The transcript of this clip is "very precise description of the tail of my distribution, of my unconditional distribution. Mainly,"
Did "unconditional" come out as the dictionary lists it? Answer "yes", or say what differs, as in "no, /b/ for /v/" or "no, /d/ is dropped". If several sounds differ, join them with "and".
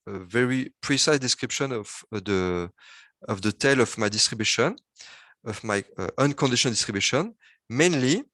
no, /n/ is dropped and /n/ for /l/